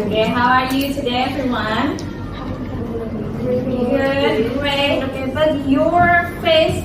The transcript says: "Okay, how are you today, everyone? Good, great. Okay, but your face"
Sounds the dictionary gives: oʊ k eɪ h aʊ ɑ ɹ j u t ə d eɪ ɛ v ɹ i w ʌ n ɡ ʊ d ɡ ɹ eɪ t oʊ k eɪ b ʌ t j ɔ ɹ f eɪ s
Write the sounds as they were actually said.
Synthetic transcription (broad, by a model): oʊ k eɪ h aʊ ɑ ɹ j u t ə d eɪ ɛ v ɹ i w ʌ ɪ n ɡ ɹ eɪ oʊ k eɪ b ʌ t j ɔ ɹ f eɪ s